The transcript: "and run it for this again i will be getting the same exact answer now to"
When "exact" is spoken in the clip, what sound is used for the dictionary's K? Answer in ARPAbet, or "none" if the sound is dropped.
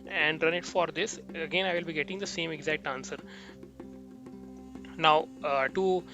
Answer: K